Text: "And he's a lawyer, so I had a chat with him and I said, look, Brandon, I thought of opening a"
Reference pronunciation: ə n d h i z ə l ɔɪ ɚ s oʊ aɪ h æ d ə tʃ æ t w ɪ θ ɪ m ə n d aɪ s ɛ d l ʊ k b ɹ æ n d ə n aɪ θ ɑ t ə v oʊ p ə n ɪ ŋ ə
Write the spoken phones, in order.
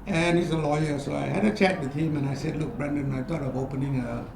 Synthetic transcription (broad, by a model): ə n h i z ə l ɔɪ ɚ s oʊ aɪ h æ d ə tʃ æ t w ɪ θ ɪ m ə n aɪ s ɛ d l ʊ k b ɹ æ n d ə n aɪ t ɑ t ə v oʊ p ə n ɪ ŋ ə